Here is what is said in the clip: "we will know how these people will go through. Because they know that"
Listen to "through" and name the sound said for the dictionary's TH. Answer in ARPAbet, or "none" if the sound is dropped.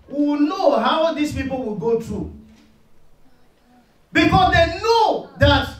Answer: T